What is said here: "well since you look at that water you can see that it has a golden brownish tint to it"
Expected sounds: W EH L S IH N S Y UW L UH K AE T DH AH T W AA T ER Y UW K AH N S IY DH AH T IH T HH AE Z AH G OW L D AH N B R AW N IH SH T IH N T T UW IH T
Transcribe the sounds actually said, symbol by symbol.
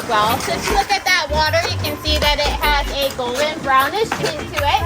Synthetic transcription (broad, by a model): W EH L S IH S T L UH K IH T DH AH T W AA T ER Y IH K AH N S IY DH AH T IH T HH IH Z AH G OW L D AH N B R AW N IH SH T IH N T T UW IH T